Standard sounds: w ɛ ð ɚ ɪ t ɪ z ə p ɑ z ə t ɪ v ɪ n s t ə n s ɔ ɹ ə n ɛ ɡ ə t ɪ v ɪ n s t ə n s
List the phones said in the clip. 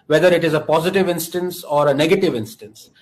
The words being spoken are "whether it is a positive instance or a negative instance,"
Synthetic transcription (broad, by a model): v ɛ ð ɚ ɪ t ɪ z ə p ɑ z ə t ɪ v ɪ n s t ə n s ɔ ɹ ə n ɛ ɡ ə t ɪ v ɪ n s t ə n s